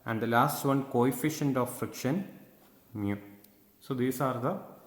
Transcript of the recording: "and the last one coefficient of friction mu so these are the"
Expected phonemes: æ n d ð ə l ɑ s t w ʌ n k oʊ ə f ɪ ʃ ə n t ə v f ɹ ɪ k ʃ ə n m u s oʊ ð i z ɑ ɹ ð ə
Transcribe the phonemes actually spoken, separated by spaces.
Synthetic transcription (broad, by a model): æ n d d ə l ɑ s t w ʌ n k oʊ ə f ɪ ʃ ə n t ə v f ɹ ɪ k ʃ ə n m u s oʊ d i s ɑ ɹ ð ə